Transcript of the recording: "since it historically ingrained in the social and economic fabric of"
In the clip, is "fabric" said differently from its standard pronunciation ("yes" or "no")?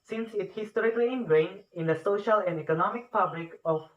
yes